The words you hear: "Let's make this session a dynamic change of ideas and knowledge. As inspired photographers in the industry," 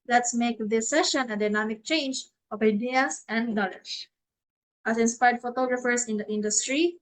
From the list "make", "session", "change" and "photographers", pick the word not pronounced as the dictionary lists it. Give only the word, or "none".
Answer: photographers